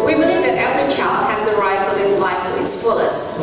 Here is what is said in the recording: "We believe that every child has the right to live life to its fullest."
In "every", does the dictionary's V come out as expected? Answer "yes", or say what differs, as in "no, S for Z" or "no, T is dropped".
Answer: no, V is dropped